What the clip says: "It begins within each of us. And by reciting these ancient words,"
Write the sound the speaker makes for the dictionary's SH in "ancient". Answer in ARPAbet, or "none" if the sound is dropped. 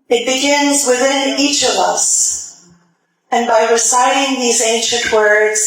SH